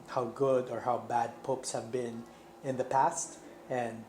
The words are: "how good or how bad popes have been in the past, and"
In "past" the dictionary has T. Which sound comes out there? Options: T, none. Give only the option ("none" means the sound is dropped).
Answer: T